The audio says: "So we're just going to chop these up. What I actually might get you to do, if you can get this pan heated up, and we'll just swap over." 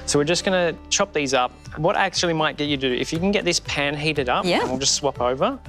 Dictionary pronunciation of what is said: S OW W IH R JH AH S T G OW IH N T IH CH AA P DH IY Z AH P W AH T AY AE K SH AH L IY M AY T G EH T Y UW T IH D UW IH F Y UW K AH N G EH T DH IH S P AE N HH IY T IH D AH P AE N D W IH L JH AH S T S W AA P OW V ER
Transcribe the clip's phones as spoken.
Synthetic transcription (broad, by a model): S OW W IH R JH AH S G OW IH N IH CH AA P DH IY Z AH P W AH T AE K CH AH L IY M AY T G EH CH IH D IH IH F Y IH K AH N G EH T DH IH S P AE N HH IY T IH D AH P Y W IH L JH AH S T S W AA P OW V ER